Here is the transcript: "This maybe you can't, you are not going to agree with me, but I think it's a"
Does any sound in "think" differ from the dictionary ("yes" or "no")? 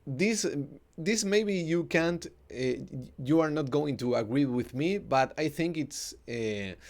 no